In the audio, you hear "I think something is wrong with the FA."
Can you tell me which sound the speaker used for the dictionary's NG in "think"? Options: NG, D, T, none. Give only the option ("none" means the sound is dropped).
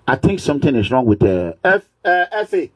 NG